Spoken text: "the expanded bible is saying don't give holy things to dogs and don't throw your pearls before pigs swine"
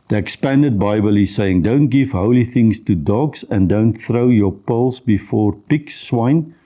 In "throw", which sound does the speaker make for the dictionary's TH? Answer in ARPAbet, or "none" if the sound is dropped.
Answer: TH